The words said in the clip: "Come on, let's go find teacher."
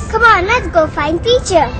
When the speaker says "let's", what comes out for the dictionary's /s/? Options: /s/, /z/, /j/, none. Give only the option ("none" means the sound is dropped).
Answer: none